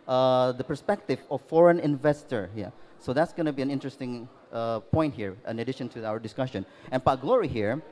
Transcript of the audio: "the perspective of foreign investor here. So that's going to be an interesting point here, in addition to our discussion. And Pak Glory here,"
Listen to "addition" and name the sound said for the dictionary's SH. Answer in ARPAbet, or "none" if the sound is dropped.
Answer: SH